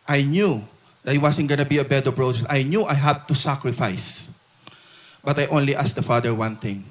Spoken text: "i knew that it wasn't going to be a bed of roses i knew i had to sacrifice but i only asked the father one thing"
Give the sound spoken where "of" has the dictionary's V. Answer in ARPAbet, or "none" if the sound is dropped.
B